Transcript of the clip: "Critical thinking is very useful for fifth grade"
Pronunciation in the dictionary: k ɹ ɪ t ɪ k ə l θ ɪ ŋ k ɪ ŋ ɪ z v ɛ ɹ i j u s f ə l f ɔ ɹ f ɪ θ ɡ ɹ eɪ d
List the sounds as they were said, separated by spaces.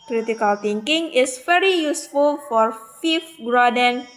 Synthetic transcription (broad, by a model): k ɹ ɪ t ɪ k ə l t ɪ ŋ k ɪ ŋ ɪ s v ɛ ɹ i j u s f ə l f ɔ ɹ f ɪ f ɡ ɹ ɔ d